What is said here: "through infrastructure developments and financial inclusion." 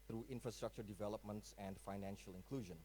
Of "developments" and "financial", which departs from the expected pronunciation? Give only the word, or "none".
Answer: none